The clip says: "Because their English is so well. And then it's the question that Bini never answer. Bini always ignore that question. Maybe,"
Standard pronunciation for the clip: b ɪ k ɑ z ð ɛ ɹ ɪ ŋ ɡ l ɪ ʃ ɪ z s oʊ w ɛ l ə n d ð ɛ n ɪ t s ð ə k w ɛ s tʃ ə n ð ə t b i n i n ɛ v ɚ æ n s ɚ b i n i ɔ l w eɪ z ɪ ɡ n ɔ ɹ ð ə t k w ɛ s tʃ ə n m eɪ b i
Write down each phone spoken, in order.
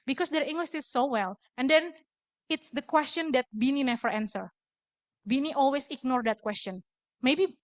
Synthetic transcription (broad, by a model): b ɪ k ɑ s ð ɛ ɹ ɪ ŋ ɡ l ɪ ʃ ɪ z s oʊ w ɛ l ə n d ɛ n ɪ t s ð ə k w ɛ s tʃ ə n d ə t b i n i n ɛ v ɚ æ n s ɚ b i n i ɔ l w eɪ s ɪ ɡ n ɔ ɹ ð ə t k w ɛ s tʃ ə n m eɪ b i